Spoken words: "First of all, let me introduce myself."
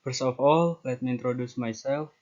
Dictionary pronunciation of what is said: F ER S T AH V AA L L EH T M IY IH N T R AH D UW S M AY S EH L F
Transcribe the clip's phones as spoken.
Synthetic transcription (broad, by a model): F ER S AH F AA L L EH T M IY IH N T R AH D UW S M AY S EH L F